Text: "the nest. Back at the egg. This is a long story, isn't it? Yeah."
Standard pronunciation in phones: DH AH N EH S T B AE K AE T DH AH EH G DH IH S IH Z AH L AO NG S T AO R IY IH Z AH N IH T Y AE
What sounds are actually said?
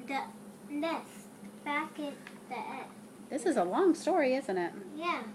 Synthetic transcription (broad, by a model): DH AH L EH S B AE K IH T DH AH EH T DH IH S IH Z AH L AO NG S T AO R IY IH Z AH N IH T Y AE